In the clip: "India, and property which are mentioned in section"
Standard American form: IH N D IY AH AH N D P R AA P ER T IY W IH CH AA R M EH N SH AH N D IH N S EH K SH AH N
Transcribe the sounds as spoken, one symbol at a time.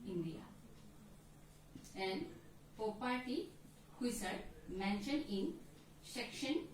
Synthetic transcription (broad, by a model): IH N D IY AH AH N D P AA P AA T IY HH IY S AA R M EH N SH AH N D IH N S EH K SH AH N